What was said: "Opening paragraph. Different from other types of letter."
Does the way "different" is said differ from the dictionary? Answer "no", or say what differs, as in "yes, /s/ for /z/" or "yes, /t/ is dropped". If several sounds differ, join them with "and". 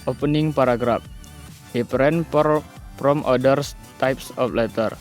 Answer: yes, /p/ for /f/